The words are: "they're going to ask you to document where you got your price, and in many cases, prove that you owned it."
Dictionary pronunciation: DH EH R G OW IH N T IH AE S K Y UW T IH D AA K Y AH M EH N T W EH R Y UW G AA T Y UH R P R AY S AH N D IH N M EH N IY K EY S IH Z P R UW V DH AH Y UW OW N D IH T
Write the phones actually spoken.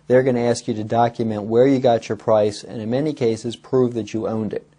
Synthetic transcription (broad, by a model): DH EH R G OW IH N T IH AE S K Y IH T IH D AA K Y AH M EH N T W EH R Y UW G AA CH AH R P R AY S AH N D IH N M EH N IY K EY S IH Z P R UW V DH AH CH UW OW N D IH T